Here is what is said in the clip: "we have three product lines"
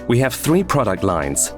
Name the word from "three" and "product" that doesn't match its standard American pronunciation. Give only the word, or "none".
none